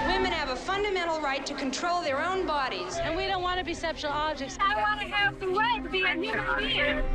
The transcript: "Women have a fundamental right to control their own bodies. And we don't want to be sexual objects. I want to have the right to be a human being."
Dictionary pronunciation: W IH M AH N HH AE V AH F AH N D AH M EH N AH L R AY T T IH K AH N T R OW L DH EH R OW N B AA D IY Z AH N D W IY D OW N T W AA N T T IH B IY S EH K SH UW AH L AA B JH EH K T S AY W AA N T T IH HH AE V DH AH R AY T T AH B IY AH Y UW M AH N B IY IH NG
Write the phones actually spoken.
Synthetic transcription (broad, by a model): W IH M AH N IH V AH F AH N D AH M EH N L R AY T T IH K AH N T R OW L DH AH R OW N B AA D IY Z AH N W IY D OW N T W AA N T T IH B IY S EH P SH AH L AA JH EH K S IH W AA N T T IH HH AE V DH AH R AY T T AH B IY AH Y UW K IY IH